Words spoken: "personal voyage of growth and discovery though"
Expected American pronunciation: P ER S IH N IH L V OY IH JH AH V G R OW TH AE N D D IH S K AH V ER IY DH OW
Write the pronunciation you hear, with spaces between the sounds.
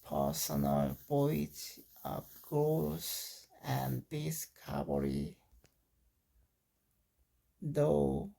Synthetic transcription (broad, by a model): P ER S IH N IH L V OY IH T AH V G R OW S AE N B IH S K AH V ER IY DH OW